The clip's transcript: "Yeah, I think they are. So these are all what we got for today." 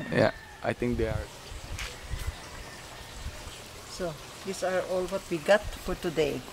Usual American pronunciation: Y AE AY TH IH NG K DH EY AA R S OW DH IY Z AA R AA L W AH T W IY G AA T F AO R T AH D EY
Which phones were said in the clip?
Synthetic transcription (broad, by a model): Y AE AY T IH NG K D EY AA R S OW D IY S AA R AA L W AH T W IY G AA T F AO R T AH D EY